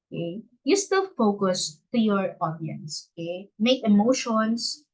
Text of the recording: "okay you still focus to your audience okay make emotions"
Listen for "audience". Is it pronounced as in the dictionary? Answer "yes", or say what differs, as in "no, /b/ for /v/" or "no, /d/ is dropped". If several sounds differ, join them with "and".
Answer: yes